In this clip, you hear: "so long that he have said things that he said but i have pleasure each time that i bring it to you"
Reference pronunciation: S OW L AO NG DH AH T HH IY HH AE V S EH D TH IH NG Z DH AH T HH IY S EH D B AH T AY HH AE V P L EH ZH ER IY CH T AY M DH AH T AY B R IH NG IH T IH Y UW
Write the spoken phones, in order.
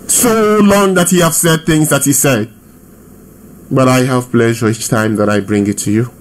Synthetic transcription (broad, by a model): S OW L AO NG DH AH T HH IY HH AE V S EH D TH IH NG Z DH AH T HH IY S EH D B AH T AY HH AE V P L EH ZH ER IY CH T AY M DH AH T AY B R IH NG IH T IH Y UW